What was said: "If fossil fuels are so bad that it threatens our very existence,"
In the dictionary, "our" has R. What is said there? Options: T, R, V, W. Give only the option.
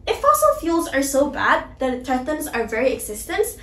R